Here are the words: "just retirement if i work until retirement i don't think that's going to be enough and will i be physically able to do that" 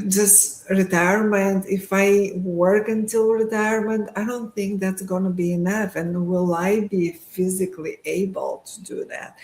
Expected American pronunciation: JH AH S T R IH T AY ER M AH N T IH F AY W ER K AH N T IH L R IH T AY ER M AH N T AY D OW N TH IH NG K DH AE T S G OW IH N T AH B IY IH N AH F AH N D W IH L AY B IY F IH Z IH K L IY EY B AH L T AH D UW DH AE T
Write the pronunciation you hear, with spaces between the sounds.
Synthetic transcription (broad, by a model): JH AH S T R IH T AY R M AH N T IH F AY W ER K AH N T IH L R IH T AY ER M AH N T AY D OW N TH IH NG K DH AE T S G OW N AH B IY IH N AH F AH N W IH L AY B IY F IH Z IH K L IY EY B AH L T AH D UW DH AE T